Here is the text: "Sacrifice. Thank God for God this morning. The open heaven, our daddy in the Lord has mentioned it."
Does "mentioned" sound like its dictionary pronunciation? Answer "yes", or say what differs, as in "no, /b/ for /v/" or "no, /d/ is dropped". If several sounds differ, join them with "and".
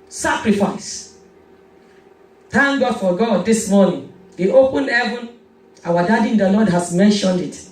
yes